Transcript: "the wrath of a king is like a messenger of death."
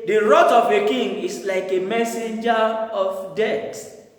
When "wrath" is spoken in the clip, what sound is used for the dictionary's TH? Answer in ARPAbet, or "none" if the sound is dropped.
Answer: T